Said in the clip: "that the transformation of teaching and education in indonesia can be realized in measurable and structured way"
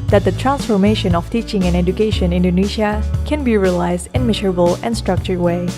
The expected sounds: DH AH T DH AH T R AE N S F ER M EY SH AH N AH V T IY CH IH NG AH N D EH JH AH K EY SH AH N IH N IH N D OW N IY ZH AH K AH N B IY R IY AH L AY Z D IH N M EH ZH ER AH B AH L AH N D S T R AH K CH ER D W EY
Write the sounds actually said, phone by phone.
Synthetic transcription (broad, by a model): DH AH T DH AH T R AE N S F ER M EY SH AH N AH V T IY CH IH NG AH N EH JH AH K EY SH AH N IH N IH N D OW N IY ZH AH K AH N B IY R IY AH L AY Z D IH N M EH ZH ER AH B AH L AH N S T R AH K CH ER D W EY